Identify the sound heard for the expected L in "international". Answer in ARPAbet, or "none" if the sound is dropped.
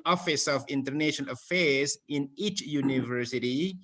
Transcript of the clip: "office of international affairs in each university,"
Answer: N